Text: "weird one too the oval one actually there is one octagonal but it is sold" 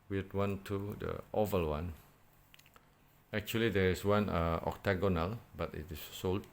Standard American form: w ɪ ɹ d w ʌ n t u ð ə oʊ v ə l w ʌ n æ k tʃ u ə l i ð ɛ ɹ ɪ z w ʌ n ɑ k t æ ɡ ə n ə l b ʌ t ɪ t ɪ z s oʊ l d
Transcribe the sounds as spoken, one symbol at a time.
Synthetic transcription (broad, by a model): w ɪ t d w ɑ n t u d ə oʊ v ə l w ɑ n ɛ k tʃ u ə l i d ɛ ɹ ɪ s w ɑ n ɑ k t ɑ ɡ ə n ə l b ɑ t ɪ t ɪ s oʊ l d